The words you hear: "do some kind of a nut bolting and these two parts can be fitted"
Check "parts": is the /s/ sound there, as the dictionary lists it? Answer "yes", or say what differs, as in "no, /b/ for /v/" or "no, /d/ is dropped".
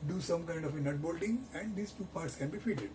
yes